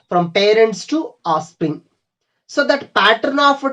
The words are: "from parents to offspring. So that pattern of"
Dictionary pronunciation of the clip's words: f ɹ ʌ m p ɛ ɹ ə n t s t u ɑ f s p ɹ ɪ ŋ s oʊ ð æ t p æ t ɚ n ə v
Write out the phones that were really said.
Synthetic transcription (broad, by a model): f ɹ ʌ m p ɛ ɹ ə n t s t u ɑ s p ɹ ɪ ŋ s oʊ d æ t p æ t ɚ n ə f